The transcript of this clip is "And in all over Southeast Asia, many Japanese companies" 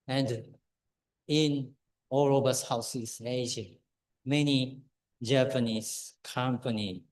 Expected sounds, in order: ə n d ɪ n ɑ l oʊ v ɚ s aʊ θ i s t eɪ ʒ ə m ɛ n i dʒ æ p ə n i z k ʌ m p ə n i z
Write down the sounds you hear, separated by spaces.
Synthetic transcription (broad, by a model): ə n d ɪ n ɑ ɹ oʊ b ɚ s aʊ s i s eɪ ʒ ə m ɛ n i dʒ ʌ p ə n i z k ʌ m p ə n i